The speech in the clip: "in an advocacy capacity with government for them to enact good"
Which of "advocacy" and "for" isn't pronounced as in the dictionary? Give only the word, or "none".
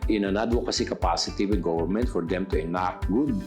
advocacy